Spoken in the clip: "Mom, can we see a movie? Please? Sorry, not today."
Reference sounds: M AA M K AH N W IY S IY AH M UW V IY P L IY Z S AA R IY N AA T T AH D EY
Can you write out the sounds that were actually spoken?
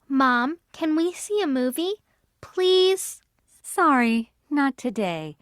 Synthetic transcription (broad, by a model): M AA M K AH N W IY S IY AH M UW V IY P L IY Z S AA R IY N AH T T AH D EY